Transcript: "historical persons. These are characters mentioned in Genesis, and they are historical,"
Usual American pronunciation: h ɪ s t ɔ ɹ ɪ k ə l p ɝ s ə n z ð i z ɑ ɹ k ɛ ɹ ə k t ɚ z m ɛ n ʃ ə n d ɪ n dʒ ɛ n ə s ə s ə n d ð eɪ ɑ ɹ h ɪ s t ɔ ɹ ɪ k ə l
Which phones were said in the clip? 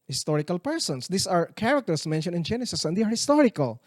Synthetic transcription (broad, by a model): h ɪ s t ɔ ɹ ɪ k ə l p ɝ s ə n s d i s ɑ ɹ k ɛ ɹ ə k t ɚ s m ɛ n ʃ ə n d ɪ n dʒ ɛ n ə s ə s ə n d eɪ ɑ ɹ h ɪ s t ɔ ɹ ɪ k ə l